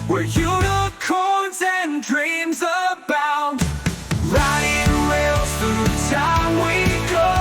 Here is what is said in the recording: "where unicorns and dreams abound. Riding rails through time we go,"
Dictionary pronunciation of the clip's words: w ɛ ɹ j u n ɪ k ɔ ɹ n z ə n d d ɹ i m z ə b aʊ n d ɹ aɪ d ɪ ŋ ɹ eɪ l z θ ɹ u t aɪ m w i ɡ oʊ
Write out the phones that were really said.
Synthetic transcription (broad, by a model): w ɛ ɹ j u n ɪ k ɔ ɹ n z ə n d d ɹ i m z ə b aʊ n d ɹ aɪ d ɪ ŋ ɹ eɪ l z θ u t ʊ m w i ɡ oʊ